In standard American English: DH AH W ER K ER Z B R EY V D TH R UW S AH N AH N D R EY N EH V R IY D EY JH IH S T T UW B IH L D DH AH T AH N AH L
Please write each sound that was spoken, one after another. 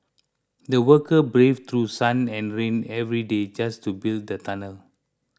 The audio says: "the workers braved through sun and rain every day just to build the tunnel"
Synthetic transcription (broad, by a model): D AH W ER K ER B R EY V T R UW S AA N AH N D R EY N EH V R IY D EY JH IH S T T UW B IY L D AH T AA N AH L